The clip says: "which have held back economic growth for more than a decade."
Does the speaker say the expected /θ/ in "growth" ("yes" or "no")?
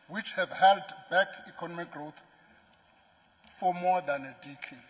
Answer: no